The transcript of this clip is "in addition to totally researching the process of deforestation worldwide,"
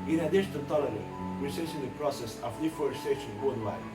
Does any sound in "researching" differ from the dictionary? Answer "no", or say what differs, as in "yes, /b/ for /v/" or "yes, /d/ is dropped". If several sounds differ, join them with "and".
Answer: yes, /s/ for /tʃ/